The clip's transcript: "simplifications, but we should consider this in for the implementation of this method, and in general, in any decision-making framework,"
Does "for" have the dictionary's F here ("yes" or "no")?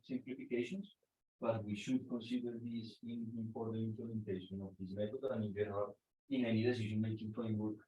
no